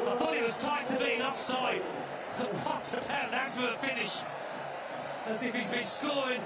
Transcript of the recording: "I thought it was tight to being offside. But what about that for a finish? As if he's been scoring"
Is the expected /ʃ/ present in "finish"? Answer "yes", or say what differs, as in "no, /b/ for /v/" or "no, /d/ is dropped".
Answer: yes